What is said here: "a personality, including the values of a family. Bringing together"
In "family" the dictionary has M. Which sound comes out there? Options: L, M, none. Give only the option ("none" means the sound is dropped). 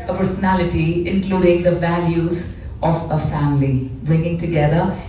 M